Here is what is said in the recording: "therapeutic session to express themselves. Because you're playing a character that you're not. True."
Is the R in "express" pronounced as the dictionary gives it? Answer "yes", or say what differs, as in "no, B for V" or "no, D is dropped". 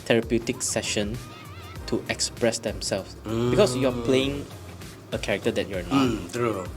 yes